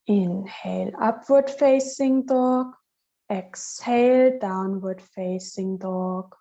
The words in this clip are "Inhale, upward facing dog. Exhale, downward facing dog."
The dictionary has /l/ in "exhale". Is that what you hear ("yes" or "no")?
yes